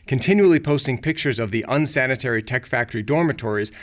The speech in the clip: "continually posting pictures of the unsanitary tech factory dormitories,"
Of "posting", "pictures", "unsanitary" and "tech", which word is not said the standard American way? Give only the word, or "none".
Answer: none